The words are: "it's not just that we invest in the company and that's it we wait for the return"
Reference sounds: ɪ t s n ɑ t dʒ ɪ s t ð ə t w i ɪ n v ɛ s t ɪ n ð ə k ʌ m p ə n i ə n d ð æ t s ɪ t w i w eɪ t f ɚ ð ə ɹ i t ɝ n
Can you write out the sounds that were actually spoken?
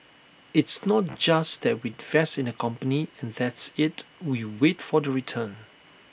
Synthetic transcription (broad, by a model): ɪ t s n ɑ t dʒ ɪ s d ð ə t w i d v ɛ s ɪ n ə k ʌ m p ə n i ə n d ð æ t s ɪ t w i w eɪ t f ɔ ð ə ɹ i t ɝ n